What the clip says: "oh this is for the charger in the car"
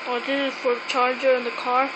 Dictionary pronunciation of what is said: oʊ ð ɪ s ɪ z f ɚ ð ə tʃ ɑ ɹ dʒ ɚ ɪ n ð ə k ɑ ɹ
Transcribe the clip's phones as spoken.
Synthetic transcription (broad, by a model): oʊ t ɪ ɪ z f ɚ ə tʃ ɑ ɹ dʒ ɚ ɪ n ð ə k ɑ ɹ